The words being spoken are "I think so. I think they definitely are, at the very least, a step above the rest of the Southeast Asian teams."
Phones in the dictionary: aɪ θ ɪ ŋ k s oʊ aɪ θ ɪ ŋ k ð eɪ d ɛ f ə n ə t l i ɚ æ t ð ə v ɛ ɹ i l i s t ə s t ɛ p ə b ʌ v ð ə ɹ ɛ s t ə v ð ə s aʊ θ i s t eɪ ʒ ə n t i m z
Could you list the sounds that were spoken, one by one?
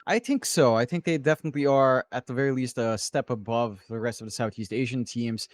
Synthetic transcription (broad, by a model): aɪ θ ɪ ŋ k s oʊ aɪ θ ɪ ŋ k ð eɪ d ɛ f ə n ə t l i ɚ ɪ t ð ə v ɛ ɹ i l i s t ə s t ɛ p ə b ʌ v ð ə ɹ ɛ s t ə v ð ə s aʊ θ i s t eɪ ʒ ə n t i m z